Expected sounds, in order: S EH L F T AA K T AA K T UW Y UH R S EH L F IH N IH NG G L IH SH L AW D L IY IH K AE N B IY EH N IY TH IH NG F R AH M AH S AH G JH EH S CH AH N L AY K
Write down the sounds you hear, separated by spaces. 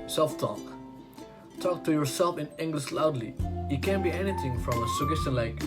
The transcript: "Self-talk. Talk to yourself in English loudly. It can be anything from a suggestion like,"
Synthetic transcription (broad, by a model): S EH L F T AA K T AA K T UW Y UH R S EH L F IH N IH NG G L IH SH L AW D L IY IH K AE N B IY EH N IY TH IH NG F R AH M AH S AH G EH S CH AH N L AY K